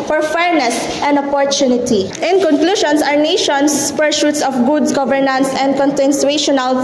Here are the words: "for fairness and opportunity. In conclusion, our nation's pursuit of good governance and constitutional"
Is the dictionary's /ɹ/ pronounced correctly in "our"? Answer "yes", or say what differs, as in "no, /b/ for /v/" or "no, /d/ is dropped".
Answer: yes